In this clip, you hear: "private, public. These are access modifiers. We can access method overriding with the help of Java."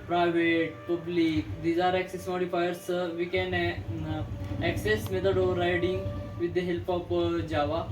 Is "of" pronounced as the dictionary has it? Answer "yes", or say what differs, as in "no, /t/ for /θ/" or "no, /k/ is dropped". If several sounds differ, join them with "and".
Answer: no, /p/ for /v/